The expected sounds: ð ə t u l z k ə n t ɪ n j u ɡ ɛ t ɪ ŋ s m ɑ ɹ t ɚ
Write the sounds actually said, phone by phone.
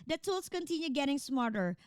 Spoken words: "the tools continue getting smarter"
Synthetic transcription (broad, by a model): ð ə t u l s k ə n t ɪ n j u ɡ ɛ t ɪ ŋ s m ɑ ɹ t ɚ